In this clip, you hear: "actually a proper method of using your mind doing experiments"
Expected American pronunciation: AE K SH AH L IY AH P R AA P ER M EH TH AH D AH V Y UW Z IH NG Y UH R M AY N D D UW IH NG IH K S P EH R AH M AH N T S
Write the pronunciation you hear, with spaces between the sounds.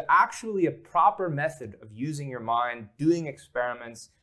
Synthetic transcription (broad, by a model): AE K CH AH L IY AH P R AA P ER M EH TH AH D AH V Y UW Z IH NG Y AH R M AY N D D UW IH NG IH K S P EH R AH M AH N T S